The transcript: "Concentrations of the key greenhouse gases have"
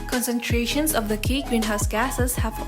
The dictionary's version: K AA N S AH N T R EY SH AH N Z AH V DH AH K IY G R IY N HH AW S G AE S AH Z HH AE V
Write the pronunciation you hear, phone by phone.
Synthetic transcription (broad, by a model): K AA N S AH N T R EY SH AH N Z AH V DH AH K IY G W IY N HH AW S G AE S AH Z HH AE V